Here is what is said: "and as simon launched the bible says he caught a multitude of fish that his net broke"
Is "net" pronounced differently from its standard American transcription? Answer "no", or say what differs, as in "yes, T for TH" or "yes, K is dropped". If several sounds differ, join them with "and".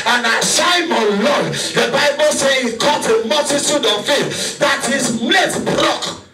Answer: yes, L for N